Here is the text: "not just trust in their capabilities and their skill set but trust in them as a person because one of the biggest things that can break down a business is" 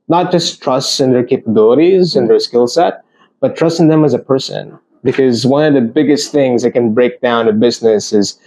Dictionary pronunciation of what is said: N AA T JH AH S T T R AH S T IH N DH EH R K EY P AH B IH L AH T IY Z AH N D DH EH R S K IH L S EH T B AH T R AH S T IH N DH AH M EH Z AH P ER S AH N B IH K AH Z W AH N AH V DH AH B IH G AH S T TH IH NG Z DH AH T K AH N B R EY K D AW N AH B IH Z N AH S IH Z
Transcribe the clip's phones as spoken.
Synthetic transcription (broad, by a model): N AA T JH AH S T T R AH S T IH N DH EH R K EY P AH B IH L AH T IY Z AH N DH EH R S K IH L S EH T B AH T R AH S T IH N DH AH M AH Z AH P ER S AH N B IH K AH Z W AH N AH V DH AH B IH G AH S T TH IH NG Z DH AH T K AH N B R EY K D AW N AH B IH Z N AH S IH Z